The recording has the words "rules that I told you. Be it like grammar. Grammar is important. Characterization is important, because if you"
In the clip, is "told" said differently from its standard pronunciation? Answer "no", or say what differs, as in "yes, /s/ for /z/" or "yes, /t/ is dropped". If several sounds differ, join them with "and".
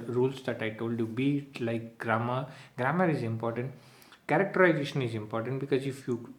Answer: no